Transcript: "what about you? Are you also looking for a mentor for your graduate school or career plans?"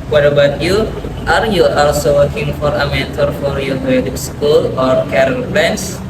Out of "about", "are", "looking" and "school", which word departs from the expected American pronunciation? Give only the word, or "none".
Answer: looking